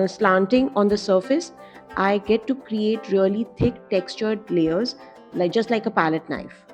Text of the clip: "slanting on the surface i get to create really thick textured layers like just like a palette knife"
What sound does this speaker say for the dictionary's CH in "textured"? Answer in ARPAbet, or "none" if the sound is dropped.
CH